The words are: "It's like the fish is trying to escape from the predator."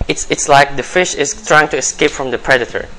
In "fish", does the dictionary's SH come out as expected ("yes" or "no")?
yes